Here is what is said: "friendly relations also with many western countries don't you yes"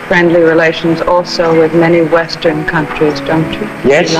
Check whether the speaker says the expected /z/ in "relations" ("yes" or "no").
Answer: yes